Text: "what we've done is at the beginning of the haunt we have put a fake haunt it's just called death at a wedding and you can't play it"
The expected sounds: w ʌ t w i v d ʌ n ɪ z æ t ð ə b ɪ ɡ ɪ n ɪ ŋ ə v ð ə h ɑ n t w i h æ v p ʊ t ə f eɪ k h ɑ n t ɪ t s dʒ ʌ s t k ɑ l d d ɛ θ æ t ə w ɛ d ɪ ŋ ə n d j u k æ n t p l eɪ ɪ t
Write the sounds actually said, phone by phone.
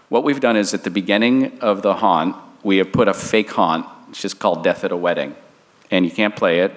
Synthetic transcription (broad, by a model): w ʌ t w i v d ʌ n ɪ z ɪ t ð ə b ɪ ɡ ɪ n ɪ ŋ ə v ð ə h ɑ n t w i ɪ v p ʊ t ə f eɪ k h ɑ n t t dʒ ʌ s k ɑ l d d ɛ θ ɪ t ə w ɛ d ɪ ŋ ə n j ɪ k æ n p l eɪ ɪ t